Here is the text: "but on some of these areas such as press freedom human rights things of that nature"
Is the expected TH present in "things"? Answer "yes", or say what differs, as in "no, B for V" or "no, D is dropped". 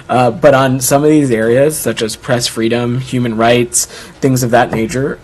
yes